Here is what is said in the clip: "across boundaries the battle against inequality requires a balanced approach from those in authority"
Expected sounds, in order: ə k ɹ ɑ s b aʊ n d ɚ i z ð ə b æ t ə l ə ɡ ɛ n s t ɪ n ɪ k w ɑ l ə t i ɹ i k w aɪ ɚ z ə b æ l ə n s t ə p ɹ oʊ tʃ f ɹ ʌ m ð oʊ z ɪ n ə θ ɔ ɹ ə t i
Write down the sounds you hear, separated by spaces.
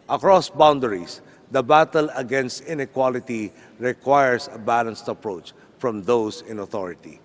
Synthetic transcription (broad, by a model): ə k ɹ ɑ s b aʊ n d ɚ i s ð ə b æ t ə l ə ɡ ɛ n s t ɪ n ɪ k w ɑ l ə t i ɹ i k w aɪ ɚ s ə b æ l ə n s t ə p ɹ oʊ tʃ f ɹ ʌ m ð oʊ s ɪ n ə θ ɔ ɹ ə t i